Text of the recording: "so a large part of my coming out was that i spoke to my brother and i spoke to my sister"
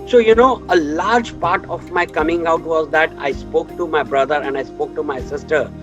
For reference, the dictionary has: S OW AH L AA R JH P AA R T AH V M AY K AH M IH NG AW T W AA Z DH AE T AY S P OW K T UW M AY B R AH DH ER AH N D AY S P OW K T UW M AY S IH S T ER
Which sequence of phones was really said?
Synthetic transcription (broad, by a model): S OW AH L AA R JH P AA R T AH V M AY K AH M IH NG AW T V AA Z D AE T AY S P OW K T UW M AY B R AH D ER AH N D AY S P OW K T UW M AY S IH S T ER